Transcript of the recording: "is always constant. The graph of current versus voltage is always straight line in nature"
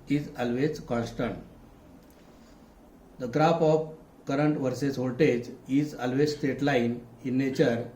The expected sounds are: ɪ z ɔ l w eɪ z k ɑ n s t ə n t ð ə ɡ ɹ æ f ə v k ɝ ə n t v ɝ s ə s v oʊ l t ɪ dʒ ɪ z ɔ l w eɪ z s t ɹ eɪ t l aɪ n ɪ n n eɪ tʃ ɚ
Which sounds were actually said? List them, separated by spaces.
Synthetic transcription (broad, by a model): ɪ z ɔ l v eɪ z k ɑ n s t ə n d ə ɡ ɹ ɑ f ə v k ɝ ə n t v ɝ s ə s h oʊ t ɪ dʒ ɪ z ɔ l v eɪ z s t eɪ t l aɪ n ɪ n n eɪ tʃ ɚ